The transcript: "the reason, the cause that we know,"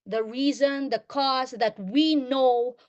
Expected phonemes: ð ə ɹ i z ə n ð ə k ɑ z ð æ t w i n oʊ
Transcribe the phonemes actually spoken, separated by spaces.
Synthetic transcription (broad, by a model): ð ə ɹ i z ə n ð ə k ɑ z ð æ t w i n oʊ